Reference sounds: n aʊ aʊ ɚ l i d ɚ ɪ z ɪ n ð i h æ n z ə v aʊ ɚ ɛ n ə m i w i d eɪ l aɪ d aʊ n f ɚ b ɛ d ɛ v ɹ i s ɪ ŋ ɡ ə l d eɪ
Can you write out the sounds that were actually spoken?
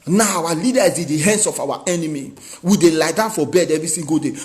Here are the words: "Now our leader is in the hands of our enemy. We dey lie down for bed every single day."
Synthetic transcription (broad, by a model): n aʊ aʊ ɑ l i d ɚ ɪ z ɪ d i h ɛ n s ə f aʊ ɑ ɛ n ə m i w i d eɪ l aɪ d aʊ n f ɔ b ɛ d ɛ v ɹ i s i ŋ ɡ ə d eɪ